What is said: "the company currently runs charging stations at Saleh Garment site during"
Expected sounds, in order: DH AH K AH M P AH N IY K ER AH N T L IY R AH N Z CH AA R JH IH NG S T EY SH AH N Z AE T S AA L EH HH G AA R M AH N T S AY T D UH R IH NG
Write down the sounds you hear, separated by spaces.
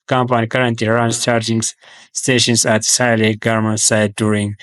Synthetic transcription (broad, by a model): K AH M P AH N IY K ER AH N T IY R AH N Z CH AA R JH IH NG S T EY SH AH N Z AE T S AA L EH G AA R M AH N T S AY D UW R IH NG